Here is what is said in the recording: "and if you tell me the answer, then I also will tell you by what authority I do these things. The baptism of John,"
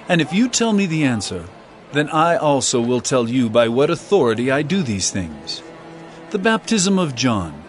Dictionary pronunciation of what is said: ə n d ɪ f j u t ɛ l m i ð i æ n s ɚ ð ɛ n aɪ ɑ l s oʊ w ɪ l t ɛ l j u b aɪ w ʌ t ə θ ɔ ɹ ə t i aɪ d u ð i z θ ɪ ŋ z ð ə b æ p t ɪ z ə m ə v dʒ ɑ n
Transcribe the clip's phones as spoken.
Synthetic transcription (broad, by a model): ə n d ɪ f j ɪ t ɛ l m i ð i æ n s ɚ ð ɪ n aɪ ɑ l s oʊ w ɪ l t ɛ l j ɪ b aɪ w ʌ t ə θ ɔ ɹ ə t i aɪ d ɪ ð i z θ ɪ ŋ z ð ə b æ p t ɪ z ə m ə v dʒ ɑ n